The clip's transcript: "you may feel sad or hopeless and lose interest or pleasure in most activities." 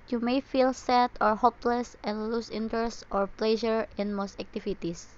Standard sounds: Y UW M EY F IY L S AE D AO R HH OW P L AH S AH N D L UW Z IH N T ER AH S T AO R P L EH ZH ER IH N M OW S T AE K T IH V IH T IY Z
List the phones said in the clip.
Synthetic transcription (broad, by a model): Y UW M EY F IY L S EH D AO R HH OW P L AH S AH N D L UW S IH N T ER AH S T AO R P L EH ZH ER IH N M OW S T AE K T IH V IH T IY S